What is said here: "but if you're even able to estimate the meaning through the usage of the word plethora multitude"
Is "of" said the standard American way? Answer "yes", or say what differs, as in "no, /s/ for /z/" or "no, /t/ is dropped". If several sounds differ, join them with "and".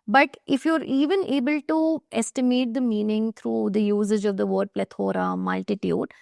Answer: yes